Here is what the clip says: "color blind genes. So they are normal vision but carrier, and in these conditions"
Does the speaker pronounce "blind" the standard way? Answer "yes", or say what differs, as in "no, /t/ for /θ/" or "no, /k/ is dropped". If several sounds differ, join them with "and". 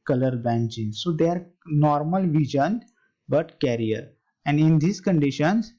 no, /l/ is dropped